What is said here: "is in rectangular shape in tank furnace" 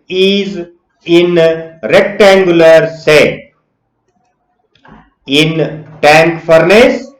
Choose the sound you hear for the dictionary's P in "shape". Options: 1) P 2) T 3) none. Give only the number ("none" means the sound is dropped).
3